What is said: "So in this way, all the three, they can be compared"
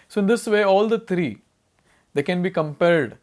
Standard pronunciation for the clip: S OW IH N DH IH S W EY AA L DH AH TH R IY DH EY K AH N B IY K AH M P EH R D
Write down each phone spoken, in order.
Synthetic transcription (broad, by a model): S OW IH N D IH S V EY AA L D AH T R IY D EY K AH N B IY K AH M P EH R D